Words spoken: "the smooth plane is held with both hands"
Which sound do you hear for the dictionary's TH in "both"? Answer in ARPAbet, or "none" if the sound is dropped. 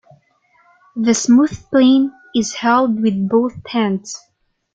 TH